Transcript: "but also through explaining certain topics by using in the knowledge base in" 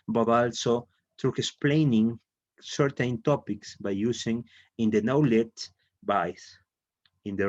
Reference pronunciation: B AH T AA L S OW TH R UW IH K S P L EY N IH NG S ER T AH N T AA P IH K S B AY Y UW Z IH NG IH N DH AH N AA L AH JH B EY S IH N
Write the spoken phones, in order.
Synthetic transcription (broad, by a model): B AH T AA L S OW T R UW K S P L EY N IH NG S ER T AH N T AA P IH K S B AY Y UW S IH NG IH N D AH N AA L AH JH B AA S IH N